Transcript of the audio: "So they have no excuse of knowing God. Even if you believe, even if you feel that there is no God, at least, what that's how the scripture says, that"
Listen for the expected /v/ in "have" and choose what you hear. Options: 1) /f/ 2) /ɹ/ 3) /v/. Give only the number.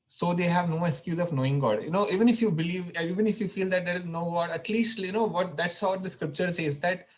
3